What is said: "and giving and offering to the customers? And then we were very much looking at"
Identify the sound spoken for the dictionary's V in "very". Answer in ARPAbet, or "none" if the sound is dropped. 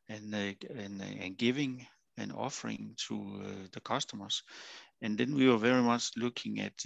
V